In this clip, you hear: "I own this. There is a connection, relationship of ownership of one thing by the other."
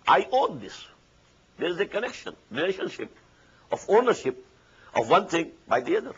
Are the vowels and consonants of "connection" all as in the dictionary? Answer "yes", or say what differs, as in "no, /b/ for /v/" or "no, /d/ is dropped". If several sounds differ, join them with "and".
yes